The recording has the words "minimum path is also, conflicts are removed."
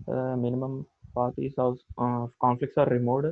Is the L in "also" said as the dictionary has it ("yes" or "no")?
no